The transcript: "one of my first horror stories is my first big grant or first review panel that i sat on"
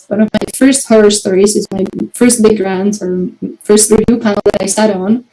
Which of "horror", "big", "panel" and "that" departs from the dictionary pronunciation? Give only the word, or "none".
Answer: panel